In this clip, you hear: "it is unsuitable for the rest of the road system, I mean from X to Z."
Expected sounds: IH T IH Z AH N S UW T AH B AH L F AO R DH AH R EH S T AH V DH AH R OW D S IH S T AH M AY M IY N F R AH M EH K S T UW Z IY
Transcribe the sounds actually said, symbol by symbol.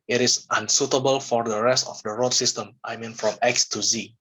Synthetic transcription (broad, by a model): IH T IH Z AH N S UW T AH B AH L F AO R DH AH R EH S T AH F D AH R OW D S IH S T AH M AY M IY N F R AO M EH K S T UW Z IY